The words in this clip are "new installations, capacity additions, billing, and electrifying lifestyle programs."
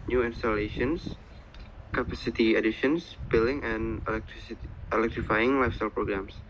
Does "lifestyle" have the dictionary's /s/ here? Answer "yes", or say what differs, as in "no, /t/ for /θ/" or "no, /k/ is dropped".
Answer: yes